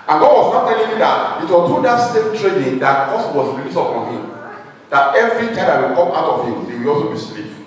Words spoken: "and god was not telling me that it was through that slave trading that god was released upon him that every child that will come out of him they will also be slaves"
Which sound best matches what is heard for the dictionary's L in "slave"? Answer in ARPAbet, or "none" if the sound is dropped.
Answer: none